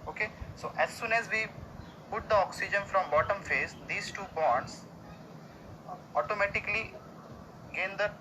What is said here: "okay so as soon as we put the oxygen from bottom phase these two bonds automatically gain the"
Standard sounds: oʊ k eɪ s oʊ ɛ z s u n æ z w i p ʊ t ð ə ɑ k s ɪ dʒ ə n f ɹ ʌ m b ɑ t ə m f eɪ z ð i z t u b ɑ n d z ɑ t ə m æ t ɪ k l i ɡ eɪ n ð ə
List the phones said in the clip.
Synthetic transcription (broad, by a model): oʊ k eɪ s oʊ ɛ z s u n æ z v i p ʊ t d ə ɑ k s ɪ dʒ ə n f ɹ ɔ m b ɑ t ə m f eɪ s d i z t u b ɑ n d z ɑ t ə m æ t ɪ k l i ɡ eɪ n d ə